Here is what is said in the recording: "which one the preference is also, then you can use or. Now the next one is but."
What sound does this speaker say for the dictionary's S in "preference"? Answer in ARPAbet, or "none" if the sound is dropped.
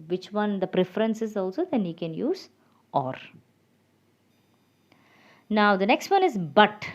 S